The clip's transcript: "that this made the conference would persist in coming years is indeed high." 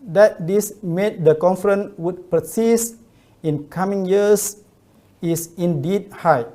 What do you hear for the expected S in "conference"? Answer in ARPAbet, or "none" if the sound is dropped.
none